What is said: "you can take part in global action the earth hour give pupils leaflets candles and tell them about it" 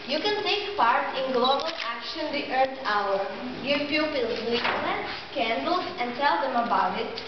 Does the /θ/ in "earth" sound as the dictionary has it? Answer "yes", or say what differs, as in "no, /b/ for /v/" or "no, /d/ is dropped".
no, /t/ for /θ/